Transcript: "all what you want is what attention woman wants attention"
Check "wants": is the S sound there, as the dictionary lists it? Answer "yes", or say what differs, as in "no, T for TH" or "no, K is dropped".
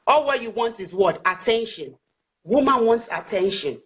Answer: yes